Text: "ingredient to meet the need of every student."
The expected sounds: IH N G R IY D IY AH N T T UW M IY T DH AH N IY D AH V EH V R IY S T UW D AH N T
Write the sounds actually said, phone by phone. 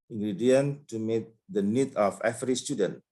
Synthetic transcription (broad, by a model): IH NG G R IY D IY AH N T T UW M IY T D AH N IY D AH F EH F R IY S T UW D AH N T